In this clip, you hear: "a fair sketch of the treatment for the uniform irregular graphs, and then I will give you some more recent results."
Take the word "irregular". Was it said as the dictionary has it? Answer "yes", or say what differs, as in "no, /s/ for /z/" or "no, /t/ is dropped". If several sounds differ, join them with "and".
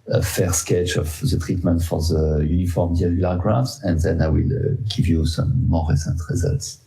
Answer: no, /ɹ/ is dropped